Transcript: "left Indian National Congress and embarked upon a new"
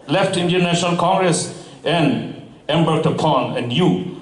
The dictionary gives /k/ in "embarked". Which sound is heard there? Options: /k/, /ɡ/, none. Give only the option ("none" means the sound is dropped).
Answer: none